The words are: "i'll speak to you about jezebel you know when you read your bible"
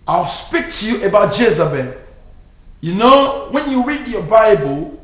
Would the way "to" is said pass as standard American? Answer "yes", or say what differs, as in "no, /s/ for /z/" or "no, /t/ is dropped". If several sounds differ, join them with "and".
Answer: yes